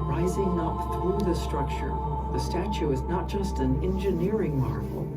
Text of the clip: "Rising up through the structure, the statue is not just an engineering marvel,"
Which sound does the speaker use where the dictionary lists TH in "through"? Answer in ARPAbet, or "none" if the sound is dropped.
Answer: TH